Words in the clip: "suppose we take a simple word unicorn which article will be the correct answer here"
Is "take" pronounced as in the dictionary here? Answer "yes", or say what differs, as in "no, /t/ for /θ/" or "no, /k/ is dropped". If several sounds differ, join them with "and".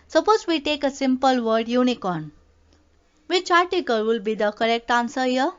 yes